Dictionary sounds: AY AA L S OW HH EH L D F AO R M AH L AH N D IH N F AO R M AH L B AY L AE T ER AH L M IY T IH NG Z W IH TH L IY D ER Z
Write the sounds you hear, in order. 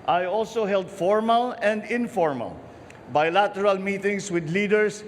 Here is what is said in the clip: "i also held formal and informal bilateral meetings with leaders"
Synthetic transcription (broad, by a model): AY AA L S OW HH EH L D F AO R M AH L AH N D IH N F AO R M AH L B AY L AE T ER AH L M IY T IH NG S W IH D L IY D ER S